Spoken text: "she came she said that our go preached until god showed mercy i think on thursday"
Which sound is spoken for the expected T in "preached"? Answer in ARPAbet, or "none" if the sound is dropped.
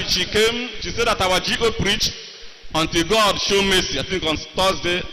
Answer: none